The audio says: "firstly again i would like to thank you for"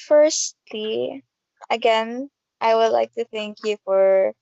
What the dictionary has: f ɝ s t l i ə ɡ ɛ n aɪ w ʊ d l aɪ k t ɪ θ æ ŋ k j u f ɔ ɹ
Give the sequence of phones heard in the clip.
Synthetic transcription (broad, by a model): f ɝ s t l i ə ɡ ɛ n aɪ w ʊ d l aɪ k t ɪ θ æ ŋ k j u f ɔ ɹ